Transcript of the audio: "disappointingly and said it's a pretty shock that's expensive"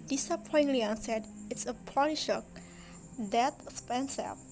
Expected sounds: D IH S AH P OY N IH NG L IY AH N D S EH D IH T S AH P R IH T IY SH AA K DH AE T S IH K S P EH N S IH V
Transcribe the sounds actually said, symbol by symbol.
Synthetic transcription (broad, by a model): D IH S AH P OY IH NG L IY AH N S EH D IH T S AH P AO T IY SH AA K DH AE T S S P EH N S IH